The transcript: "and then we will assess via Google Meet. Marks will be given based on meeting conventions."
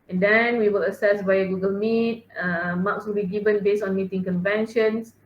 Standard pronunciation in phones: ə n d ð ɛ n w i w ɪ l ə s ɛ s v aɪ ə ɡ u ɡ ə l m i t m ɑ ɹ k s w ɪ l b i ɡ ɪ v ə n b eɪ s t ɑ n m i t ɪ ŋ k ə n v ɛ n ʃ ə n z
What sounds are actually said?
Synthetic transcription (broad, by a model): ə n d ɛ n w i w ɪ l ə s ɛ s b aɪ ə ɡ u ɡ ə l m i t m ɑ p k s w ɪ l b i ɡ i v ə n b eɪ s ɑ n m i t ɪ ŋ k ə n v ɛ n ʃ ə n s